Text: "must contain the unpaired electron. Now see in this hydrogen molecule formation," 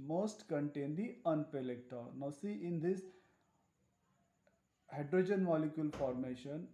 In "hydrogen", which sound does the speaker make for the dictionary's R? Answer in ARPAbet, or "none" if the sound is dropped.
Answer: R